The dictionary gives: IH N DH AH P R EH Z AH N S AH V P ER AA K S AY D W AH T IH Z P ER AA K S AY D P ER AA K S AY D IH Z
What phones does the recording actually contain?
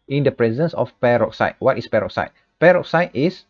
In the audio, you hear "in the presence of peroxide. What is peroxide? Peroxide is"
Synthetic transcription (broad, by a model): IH N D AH P R EH Z AH N S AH F P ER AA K S AY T W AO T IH S P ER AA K S AY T P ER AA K S AY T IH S